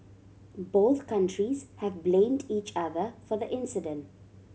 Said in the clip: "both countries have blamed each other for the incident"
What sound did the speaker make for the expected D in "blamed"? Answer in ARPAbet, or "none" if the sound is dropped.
D